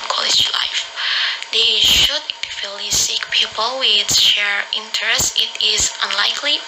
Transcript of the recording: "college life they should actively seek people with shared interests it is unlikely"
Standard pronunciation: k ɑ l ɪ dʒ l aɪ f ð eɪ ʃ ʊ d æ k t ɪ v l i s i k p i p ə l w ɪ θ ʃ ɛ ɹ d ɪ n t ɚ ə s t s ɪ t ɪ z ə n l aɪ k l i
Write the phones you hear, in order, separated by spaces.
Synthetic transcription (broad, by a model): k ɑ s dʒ l aɪ f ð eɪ ʃ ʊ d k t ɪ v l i s i k p i p ə l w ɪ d ʃ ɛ ɹ ɪ n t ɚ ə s s ɪ t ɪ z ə n l aɪ k l i